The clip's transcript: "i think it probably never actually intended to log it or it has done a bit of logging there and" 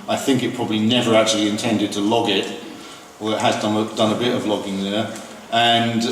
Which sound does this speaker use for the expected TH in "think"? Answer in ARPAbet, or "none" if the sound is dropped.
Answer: TH